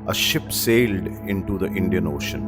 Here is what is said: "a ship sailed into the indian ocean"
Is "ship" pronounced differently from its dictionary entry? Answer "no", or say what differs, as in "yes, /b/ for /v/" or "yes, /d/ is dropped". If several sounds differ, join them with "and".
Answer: no